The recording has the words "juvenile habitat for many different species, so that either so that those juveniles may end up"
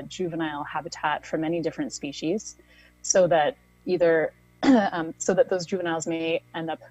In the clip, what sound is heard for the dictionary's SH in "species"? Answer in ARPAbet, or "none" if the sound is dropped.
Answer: SH